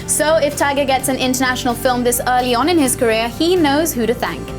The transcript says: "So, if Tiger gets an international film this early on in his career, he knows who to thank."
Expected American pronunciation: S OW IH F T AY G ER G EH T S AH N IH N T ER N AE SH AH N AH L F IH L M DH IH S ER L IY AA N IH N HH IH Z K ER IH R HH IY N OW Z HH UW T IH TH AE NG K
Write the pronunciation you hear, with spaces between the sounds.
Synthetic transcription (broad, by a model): S OW IH F T AY G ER G EH T S AH N IH N T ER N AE SH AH N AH L F IH L M DH IH S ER L IY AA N IH N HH IH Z K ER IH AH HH IY N OW Z HH UW T IH TH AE NG K